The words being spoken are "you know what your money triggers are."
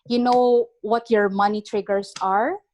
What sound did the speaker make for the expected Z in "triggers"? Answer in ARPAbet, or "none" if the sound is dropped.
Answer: S